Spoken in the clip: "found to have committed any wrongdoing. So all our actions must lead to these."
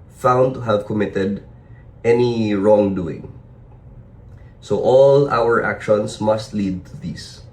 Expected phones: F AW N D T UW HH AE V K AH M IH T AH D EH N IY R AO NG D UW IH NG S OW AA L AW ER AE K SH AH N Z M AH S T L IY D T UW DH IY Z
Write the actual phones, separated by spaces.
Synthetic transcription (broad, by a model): F AW N D T UW HH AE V K AH M IH T AH D EH N IY R AO NG D UW IH NG S OW AA L AW ER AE K SH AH N S M AH S T L IY D T UW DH IY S